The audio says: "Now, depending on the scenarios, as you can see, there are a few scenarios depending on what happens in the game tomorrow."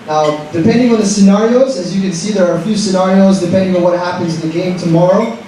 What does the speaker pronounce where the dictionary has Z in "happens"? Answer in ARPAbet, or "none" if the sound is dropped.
Z